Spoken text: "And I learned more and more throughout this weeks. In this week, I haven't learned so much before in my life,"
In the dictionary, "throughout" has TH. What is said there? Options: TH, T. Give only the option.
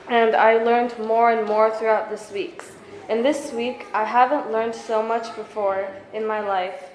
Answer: TH